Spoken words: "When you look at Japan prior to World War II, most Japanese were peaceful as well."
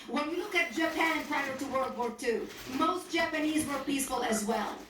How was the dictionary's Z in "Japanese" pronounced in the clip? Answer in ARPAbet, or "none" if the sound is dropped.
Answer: Z